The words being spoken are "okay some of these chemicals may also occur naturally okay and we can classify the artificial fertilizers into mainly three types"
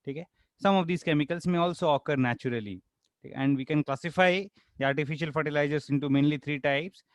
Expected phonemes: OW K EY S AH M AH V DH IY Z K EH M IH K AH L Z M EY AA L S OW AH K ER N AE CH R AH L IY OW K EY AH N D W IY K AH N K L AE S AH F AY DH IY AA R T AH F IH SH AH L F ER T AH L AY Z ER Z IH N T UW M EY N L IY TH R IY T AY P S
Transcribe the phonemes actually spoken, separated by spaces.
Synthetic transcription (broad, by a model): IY K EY S AH M AH V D IY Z K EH M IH K AH L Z M EY AA L S OW AH K ER N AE CH R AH L IY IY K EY AH N D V IY K AH N K L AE S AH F AY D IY AA R T AH F IH SH AH L F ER T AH L AY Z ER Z IH N T UW M EY N L IY T R IY T AY P S